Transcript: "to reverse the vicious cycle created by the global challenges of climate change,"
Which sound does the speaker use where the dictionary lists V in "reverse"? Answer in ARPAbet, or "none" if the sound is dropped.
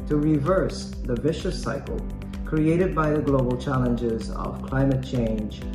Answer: V